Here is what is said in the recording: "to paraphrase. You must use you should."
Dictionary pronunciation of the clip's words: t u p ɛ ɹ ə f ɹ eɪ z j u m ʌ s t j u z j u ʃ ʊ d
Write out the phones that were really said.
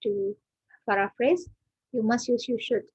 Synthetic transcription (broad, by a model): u f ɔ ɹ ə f ɹ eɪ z j u m ʌ s t j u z j u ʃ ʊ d